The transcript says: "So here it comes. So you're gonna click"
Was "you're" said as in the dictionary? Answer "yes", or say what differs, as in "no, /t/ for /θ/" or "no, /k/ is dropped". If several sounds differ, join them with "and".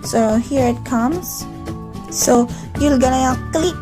no, /l/ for /ɹ/